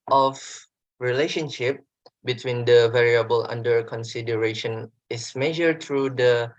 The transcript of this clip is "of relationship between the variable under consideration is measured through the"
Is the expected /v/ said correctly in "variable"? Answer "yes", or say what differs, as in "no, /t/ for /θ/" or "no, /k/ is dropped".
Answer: yes